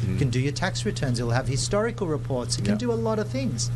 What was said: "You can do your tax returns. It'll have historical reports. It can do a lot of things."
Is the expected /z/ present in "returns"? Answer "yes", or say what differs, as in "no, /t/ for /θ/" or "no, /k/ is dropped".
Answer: yes